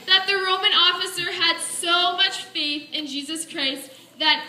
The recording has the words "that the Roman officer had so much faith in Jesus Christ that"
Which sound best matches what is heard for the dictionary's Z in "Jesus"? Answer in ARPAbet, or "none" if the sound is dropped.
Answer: Z